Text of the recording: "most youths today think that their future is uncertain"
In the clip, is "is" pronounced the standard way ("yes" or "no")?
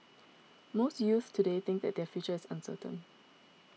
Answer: no